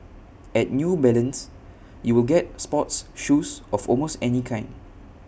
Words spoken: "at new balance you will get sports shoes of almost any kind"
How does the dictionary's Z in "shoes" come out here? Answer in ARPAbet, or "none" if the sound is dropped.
S